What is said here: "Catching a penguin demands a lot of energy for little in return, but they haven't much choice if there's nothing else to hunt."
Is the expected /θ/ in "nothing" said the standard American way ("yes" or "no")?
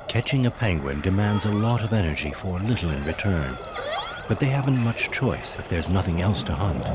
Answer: yes